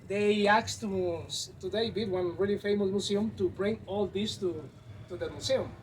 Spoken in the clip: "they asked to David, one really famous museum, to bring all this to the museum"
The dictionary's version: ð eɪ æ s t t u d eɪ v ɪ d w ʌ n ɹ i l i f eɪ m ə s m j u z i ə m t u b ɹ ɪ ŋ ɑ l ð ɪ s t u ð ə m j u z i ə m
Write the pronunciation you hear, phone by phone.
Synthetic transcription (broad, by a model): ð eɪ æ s t t u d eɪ b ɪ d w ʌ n ɹ i l i f eɪ m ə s m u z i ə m t u b ɹ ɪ ŋ ɑ l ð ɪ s t u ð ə m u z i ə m